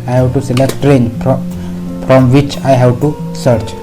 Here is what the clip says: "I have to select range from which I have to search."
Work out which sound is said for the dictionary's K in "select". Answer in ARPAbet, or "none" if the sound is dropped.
K